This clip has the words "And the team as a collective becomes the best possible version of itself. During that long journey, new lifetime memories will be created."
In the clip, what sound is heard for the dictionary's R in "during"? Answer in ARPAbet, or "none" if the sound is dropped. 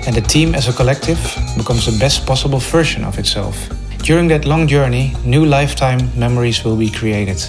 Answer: R